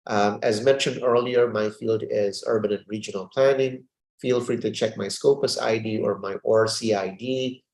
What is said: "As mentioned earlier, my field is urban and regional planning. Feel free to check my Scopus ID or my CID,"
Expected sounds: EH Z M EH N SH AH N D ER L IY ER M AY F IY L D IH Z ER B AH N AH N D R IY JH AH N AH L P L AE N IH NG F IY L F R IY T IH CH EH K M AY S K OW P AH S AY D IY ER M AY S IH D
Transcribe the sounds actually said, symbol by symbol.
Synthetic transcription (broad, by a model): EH Z M EH N SH AH N D ER L IY ER M AY F IY L D IH Z ER B AH N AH N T R IY JH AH N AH L P L AE N IH NG F IY L F R IY T IH CH EH K M AY S K OW P AH S AY D IY ER M AY S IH D